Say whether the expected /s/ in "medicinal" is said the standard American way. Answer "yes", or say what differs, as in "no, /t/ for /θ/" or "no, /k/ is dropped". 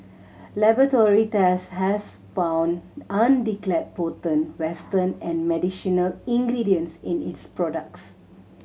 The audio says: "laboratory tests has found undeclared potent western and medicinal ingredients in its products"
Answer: no, /ʃ/ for /s/